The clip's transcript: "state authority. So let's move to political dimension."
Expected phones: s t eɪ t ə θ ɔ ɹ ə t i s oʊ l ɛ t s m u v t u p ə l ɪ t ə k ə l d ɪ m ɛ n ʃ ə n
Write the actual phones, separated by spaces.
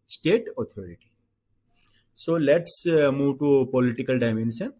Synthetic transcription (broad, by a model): s t eɪ t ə t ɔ ɹ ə t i s oʊ l ɛ t s m u v t u p ə l ɪ t ə k ə l d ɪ m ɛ n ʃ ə n